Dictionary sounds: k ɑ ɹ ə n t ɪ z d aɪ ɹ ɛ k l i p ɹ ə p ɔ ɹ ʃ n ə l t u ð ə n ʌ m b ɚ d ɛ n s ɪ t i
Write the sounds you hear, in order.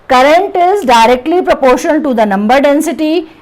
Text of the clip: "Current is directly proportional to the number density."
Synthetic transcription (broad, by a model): k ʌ ɹ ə n t ɪ z d aɪ ɹ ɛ k l i p ɹ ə p ɔ ɹ ʃ ə n t u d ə n ʌ m b ɚ d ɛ n s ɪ t i